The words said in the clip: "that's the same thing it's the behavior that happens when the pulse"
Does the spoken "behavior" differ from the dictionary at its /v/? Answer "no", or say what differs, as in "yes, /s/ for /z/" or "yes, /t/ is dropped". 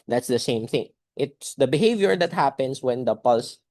no